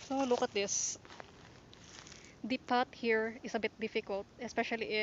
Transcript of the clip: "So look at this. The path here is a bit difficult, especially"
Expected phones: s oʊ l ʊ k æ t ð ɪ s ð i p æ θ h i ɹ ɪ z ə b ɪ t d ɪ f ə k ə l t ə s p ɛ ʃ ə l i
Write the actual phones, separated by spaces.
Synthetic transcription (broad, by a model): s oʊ l ʊ k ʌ t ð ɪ s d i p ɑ t h i ɹ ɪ s ə b ɪ t d ɪ f ə k ə l t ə s p ɛ ʃ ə l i